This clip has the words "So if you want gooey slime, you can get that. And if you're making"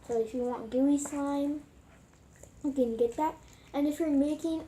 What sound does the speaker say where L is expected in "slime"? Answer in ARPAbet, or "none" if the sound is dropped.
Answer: none